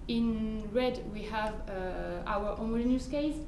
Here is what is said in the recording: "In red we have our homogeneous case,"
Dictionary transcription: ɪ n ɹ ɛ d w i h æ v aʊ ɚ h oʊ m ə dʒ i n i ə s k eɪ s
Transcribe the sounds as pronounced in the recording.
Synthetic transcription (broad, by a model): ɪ n ɹ ɛ d w i h æ v aʊ ɚ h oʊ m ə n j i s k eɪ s